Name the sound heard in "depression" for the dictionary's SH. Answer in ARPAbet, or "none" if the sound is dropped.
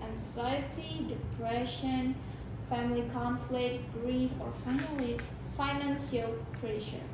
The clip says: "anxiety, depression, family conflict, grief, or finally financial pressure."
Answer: SH